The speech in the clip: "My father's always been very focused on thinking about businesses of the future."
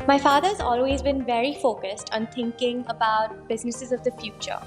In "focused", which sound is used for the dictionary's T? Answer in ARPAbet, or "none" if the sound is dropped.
T